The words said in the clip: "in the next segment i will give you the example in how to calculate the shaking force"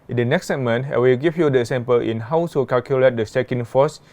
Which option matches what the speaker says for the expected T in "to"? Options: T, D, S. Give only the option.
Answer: S